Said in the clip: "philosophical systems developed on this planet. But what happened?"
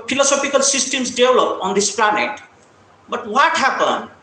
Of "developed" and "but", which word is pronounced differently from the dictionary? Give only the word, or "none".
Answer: developed